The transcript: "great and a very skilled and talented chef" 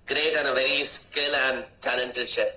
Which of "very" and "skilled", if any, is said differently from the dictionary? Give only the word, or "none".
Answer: skilled